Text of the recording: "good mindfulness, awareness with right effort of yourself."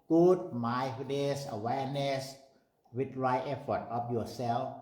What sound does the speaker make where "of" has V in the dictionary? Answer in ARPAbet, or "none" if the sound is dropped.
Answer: P